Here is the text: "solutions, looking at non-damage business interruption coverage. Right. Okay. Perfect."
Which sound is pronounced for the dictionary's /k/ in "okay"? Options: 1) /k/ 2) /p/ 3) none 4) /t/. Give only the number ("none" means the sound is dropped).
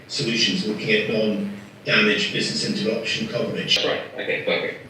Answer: 3